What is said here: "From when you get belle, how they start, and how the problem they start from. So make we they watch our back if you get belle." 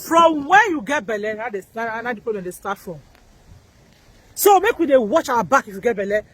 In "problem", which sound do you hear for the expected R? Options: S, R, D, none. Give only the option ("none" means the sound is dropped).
none